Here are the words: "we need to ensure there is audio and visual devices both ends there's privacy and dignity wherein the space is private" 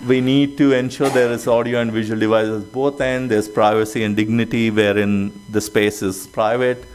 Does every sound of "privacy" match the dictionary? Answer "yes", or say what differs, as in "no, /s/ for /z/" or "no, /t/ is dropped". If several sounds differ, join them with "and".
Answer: yes